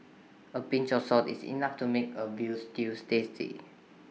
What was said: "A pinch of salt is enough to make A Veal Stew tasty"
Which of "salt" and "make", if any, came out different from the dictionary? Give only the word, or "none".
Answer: salt